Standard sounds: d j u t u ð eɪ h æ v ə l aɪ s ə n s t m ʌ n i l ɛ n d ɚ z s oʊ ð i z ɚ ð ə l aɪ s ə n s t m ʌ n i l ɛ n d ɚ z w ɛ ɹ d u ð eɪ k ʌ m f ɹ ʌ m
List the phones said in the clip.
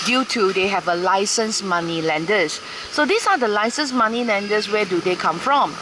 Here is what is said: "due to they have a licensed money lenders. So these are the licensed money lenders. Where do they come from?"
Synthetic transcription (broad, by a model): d j u t u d eɪ h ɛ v ə l aɪ s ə n s m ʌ n i l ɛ n d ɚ s oʊ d i s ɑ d ə l aɪ s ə n s m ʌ n i l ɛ n d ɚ s w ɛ d u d eɪ k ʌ m f ɹ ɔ m